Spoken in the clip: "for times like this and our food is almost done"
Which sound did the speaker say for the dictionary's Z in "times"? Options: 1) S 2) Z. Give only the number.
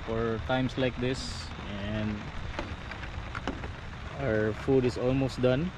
1